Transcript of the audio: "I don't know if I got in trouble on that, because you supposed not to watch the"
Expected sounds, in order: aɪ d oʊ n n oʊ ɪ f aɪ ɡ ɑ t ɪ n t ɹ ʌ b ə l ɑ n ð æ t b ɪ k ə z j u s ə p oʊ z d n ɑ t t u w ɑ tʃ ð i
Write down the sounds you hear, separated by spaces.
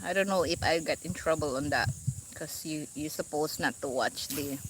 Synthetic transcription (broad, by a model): aɪ d oʊ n n oʊ ɪ f aɪ ɡ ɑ t ɪ n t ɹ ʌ b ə l ɑ n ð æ t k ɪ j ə j u s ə p oʊ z n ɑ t t u w ɑ tʃ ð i